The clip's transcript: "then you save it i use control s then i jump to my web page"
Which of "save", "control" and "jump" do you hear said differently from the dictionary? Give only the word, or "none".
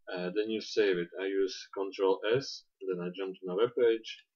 none